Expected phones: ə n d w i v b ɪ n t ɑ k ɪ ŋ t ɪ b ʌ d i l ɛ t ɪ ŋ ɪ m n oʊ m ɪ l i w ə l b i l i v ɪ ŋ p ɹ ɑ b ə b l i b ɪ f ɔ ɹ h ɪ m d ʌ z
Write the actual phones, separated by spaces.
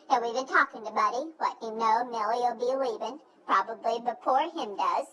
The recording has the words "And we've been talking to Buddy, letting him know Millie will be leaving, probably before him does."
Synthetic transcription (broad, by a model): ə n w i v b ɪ n t ɑ k ɪ ŋ t ɪ b ʌ d i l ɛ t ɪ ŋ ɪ n oʊ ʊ n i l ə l b i l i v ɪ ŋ p ɹ ɑ b ə b l i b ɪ p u ɹ h ɪ m d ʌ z